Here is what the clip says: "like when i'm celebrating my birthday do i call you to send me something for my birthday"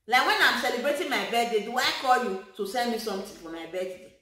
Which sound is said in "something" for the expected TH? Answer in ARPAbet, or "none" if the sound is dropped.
T